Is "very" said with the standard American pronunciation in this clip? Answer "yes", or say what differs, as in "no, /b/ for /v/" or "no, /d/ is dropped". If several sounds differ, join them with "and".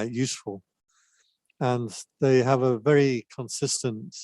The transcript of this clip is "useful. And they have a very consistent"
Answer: yes